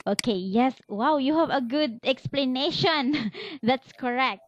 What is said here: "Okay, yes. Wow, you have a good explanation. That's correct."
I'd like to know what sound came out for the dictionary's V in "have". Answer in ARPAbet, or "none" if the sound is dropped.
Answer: V